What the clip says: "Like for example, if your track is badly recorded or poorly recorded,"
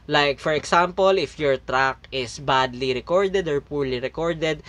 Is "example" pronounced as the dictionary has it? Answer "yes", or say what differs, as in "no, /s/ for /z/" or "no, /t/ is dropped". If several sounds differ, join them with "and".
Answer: no, /s/ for /z/